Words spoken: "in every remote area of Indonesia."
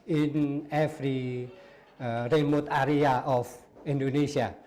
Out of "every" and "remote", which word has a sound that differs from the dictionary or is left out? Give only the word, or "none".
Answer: every